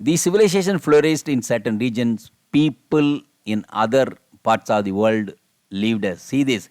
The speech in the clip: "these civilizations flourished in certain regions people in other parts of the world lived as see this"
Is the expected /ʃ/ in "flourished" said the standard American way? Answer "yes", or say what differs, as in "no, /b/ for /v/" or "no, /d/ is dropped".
no, /s/ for /ʃ/